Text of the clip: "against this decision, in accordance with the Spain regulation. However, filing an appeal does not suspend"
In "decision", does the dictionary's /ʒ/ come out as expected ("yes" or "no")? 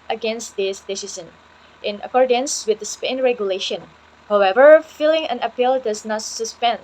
no